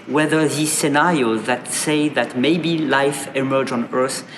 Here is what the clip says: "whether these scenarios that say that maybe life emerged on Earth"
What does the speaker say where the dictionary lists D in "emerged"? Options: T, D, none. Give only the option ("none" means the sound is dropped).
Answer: none